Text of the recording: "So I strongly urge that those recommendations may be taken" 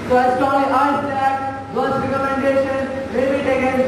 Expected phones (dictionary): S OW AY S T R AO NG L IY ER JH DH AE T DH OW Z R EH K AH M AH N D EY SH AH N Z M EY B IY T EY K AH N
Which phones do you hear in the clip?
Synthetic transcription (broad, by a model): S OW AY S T AO L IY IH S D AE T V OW S R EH K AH M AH N D EY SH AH N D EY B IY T EY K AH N